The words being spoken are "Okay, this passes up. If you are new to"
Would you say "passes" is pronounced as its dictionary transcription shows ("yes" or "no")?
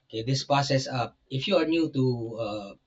no